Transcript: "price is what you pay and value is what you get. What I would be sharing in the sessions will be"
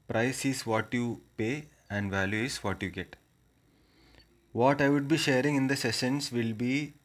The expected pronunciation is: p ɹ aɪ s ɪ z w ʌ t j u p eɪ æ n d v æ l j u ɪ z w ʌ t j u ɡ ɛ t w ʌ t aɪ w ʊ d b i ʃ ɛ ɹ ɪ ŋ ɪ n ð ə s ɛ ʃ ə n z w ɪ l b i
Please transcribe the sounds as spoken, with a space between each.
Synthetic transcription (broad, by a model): p ɹ aɪ s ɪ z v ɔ t j u p eɪ æ n d v æ l j u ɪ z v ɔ t j u ɡ ɛ t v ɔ t aɪ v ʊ d b i ʃ ɛ ɹ ɪ ŋ ɪ n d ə s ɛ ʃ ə n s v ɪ l b i